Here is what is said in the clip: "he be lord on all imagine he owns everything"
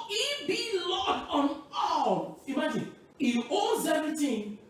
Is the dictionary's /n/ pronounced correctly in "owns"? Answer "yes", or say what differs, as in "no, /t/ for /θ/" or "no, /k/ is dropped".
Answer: no, /n/ is dropped